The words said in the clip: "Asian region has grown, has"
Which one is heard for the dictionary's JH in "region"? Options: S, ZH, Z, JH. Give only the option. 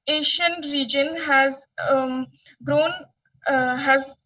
JH